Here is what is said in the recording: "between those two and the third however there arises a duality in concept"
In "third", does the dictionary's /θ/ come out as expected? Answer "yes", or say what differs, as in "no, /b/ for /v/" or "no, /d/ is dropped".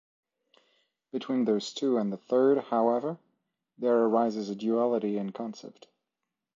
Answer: yes